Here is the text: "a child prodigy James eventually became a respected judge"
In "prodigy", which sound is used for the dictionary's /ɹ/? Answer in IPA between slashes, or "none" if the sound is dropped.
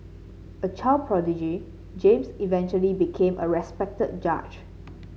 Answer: /ɹ/